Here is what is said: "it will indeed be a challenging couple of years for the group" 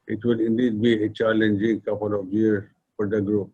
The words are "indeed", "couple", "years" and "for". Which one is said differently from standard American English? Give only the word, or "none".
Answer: years